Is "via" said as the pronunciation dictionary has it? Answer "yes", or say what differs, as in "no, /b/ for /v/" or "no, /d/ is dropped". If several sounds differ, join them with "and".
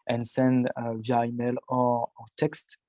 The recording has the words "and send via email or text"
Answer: yes